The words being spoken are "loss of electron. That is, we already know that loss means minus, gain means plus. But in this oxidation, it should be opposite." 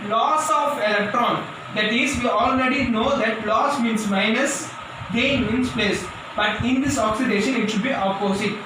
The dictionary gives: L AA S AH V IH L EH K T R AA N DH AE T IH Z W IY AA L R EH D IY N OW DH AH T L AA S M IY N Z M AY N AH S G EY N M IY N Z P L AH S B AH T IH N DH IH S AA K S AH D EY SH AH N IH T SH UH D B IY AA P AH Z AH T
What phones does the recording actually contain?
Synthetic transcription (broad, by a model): L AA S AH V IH L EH K T R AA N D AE T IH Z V IY AA L R EH D IY N OW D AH T L AA S M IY N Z M AY N AH S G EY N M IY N S P L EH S B AH T IH N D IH S AA K S AH D EY SH AH N IH T SH UH D B IY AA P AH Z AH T